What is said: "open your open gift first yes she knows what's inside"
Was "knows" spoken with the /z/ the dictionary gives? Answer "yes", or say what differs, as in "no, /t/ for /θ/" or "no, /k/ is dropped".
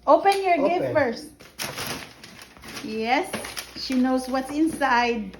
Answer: no, /s/ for /z/